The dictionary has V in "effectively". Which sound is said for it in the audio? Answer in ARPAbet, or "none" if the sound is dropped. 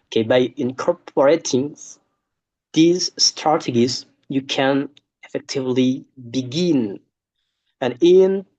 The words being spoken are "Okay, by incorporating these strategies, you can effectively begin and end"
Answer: V